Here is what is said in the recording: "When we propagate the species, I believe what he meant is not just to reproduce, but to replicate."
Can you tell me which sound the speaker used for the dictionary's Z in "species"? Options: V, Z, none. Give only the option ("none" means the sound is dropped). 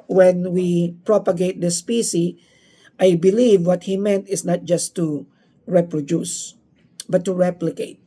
none